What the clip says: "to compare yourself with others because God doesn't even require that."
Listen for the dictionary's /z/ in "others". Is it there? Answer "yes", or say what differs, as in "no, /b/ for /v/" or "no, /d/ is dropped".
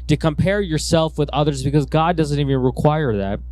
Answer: yes